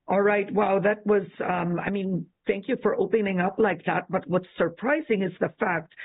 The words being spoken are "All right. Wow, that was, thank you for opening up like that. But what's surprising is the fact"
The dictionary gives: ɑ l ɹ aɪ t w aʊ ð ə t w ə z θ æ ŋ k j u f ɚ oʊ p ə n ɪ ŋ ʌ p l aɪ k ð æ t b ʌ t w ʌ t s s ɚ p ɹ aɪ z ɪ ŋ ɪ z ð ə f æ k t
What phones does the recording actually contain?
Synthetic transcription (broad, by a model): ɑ l ɹ aɪ t w aʊ ð ə t w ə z θ æ ŋ k j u f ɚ oʊ p ə n ɪ ŋ ʌ p l aɪ k ð æ t b ʌ t w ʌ t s s ɚ p ɹ aɪ z ɪ ŋ ɪ z ð ə f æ k t